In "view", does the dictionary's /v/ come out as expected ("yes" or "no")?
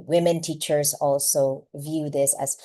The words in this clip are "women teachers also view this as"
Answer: yes